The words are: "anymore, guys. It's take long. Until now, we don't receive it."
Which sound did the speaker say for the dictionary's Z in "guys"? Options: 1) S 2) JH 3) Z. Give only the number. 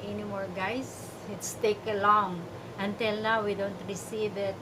1